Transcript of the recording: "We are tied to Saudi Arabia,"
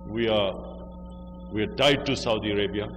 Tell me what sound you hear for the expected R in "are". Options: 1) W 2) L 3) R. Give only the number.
1